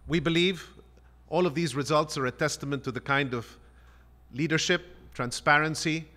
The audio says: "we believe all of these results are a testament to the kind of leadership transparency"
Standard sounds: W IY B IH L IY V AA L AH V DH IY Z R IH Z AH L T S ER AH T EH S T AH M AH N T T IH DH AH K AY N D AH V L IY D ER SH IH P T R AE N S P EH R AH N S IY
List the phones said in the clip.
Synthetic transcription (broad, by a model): W IY B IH L IY V AA L AH V DH IY Z R IH Z AH L T S ER AH T EH S T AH M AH N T T IH DH AH K AY N D AH V L IY D ER SH IH P T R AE N S P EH R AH N S IY